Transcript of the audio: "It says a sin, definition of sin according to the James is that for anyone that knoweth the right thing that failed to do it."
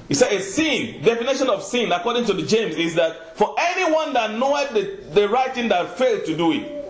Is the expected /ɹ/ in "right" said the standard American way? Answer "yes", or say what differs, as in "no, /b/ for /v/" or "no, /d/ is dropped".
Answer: yes